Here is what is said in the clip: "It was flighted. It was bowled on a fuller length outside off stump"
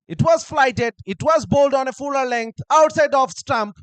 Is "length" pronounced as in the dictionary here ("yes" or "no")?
yes